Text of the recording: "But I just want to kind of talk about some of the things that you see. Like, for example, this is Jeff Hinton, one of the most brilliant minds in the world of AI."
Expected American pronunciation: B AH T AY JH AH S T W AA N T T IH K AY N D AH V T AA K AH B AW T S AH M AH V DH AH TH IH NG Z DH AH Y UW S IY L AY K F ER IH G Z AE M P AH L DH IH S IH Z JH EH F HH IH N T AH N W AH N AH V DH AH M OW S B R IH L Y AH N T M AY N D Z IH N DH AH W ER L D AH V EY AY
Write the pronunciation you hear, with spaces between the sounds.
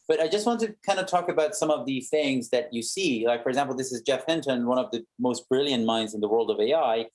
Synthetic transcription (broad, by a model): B AH T AY JH AH S T W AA N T T IH K AY N D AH T AA K AH B AW T S AH M AH V DH AH TH IH NG Z DH AH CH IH S IY L AY K F ER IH G Z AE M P L DH IH S IH Z JH EH F HH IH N T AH N W AH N AH V DH AH M OW S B R IH L Y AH N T M AY N D Z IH N DH AH W ER L D AH V EY AY